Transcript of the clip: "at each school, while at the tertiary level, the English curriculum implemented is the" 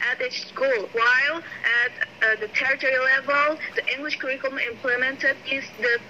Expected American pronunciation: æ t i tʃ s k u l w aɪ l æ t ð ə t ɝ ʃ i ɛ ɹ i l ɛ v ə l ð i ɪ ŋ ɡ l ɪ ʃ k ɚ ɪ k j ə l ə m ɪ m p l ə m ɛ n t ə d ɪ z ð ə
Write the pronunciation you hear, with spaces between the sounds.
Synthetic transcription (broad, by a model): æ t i s k u l w aɪ l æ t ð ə t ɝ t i ɹ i l ɛ v ə l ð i ɪ ŋ ɡ l ɪ ʃ k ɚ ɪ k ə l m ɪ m p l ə m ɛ n t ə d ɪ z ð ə